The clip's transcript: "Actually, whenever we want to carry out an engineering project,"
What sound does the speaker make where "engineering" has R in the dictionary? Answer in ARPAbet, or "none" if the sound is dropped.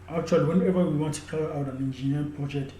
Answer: none